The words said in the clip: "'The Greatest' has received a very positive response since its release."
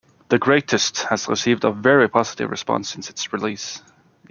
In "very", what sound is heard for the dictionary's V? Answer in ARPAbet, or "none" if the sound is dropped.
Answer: V